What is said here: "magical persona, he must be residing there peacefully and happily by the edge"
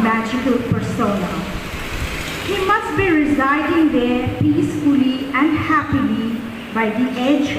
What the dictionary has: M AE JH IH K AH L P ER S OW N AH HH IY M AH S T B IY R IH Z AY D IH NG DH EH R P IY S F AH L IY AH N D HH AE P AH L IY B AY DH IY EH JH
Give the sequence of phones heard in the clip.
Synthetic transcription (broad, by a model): M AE JH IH K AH L P ER S OW N AH HH IY M AH S T B IY R IH Z AY D IH NG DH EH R P IY S F AH L IY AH N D HH AE P AH L IY B AY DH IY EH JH